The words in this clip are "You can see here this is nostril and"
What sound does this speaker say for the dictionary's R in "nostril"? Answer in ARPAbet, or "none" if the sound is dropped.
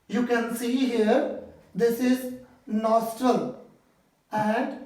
R